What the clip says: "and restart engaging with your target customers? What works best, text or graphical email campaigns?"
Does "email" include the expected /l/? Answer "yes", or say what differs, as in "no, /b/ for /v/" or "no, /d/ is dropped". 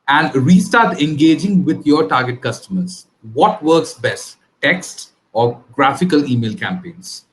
yes